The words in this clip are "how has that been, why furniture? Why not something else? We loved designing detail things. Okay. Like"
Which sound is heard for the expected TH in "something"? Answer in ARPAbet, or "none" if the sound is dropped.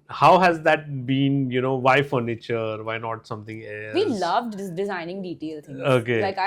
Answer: T